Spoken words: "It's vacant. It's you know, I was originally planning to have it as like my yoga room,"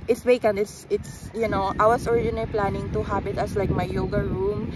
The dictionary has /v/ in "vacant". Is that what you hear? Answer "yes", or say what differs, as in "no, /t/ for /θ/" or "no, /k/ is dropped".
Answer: no, /w/ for /v/